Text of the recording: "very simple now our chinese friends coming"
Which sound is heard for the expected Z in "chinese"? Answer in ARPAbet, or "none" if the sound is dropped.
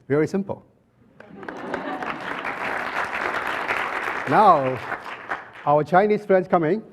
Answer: S